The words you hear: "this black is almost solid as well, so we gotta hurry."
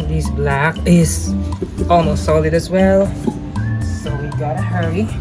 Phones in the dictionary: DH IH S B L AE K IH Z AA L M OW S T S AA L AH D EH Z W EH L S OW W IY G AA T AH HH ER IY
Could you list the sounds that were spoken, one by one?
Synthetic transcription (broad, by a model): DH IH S B L AE K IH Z AA L M OW S T S AA L AH D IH Z W EH L S OW W IY G AA T AH HH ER IY